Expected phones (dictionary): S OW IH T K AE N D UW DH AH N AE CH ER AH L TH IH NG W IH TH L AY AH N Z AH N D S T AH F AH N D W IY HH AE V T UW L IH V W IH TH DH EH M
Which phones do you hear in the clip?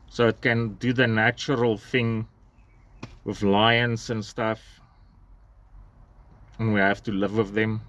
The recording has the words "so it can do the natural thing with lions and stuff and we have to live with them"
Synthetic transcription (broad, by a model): S OW IH T K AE N D UW DH AH N AE CH ER AH L TH IH NG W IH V L AY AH N S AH N S T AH F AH N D W IY HH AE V T UW L IH V W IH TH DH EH M